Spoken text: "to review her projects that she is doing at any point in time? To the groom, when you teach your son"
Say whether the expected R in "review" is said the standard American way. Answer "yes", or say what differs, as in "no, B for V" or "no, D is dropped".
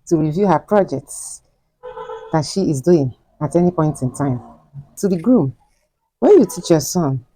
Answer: yes